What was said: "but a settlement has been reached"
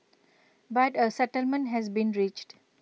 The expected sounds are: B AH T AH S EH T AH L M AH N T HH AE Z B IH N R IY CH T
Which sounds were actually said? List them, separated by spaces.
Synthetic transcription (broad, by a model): B AH T AH S EH T AH L M AH N T HH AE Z B IH N R IY CH T